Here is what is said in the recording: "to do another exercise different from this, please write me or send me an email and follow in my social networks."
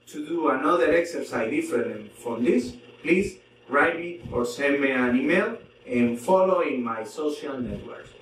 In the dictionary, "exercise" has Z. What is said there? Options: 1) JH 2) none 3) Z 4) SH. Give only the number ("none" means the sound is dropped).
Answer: 2